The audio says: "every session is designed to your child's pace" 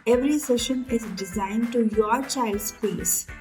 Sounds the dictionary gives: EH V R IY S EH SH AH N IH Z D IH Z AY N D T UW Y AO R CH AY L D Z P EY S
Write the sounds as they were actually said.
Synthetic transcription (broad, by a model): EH V R IY S EH SH AH N IH Z D IH Z AY N D T UW Y AO R CH AY L D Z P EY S